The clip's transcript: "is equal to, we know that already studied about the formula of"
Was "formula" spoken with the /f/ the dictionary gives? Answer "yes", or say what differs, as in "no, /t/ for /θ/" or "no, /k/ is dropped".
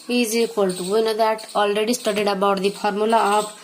no, /p/ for /f/